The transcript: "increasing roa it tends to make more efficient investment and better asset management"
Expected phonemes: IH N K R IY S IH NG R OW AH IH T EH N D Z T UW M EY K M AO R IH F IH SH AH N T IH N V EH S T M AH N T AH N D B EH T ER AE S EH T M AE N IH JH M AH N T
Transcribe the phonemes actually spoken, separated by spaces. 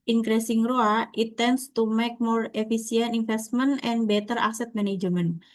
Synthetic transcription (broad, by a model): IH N K R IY S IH NG R OW AH IH T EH N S T UW M EY K M AO R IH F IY S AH N T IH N F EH S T M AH N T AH N B EH T ER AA S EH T M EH N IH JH M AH N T